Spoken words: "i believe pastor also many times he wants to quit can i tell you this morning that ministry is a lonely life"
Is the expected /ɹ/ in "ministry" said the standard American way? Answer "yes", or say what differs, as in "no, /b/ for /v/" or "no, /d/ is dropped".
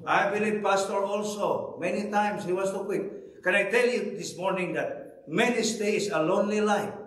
no, /ɹ/ is dropped